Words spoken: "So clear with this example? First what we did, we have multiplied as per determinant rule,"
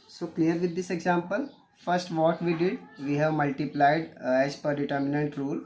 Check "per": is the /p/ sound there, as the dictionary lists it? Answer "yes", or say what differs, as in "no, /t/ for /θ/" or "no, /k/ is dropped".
yes